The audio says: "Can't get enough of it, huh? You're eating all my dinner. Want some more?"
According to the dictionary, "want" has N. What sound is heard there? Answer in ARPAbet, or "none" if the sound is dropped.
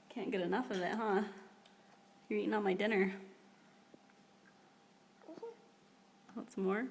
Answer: none